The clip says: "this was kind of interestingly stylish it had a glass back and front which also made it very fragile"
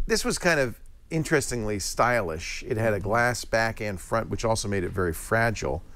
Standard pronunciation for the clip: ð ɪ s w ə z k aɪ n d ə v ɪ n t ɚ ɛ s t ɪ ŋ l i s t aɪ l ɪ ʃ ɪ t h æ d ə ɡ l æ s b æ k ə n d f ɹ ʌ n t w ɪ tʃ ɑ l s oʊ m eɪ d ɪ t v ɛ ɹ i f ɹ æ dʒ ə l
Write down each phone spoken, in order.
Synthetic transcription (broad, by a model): ð ɪ s w ə z k aɪ n d ə v ɪ n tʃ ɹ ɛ s t ɪ ŋ l i s t aɪ l ɪ ʃ ɪ t h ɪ d ə ɡ l æ s b æ k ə n f ɹ ʌ n t w ɪ tʃ ɑ l s oʊ m eɪ d ɪ t v ɛ ɹ i f ɹ æ dʒ l